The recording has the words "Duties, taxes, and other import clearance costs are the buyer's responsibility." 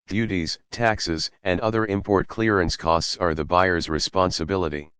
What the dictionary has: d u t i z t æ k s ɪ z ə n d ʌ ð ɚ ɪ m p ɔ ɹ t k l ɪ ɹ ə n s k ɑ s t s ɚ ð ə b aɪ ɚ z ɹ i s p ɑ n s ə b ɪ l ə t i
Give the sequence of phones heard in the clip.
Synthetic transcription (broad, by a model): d u t i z t æ k s ɪ z ə n d ʌ ð ɚ ɪ m p ɔ ɹ t k l ɪ ɹ ə n s k ɑ s t s ɚ ð ə b aɪ ɚ z ɹ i s p ɑ n s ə b ɪ l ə t i